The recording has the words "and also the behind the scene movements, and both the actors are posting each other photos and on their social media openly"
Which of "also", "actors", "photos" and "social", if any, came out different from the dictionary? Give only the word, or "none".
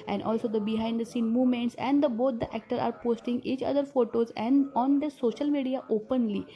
actors